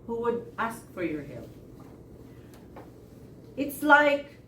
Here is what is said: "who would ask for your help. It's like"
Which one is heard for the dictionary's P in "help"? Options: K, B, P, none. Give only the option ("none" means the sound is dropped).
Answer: none